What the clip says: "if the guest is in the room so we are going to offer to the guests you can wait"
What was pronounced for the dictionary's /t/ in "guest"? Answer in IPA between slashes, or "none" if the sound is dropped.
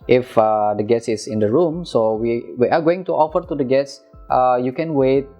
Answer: none